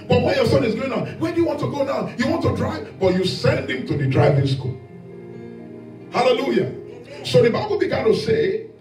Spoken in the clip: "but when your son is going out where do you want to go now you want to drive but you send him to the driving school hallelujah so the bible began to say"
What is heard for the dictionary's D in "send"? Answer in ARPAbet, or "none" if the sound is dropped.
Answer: D